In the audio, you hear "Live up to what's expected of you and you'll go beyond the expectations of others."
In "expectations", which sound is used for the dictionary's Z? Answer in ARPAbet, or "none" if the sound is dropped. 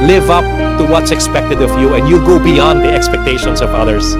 S